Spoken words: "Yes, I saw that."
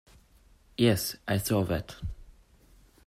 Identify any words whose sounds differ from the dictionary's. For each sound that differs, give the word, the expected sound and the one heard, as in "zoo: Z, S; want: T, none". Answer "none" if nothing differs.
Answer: saw: S, TH